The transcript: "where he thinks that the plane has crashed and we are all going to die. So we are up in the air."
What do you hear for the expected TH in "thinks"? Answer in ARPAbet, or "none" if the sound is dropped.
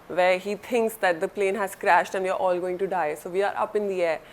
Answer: T